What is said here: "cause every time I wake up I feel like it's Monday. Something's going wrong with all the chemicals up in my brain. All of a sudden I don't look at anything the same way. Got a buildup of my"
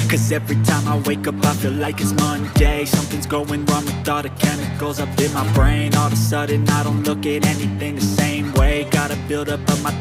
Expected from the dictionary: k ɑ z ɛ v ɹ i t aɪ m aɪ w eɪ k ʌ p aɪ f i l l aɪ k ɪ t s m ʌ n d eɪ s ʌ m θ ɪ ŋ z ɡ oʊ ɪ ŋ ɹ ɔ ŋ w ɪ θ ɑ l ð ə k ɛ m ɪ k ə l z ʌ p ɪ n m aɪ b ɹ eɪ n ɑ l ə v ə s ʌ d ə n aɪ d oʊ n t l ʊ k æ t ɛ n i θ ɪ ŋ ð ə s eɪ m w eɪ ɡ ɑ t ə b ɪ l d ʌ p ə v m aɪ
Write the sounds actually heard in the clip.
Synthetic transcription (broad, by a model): k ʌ z ɛ v ɹ i t aɪ m aɪ w eɪ k ʌ p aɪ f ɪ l l aɪ k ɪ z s m ʌ n d eɪ s ʌ m θ ɪ ŋ z ɡ oʊ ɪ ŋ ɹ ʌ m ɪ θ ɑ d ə k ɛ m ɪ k l z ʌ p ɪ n m aɪ b ɹ eɪ n ɑ l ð ə s ʌ d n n aɪ d oʊ n t l ʊ k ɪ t ɛ n i θ ɪ ŋ ð ə s eɪ m w eɪ ɡ ɑ t ə b ɪ l d ʌ p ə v m aɪ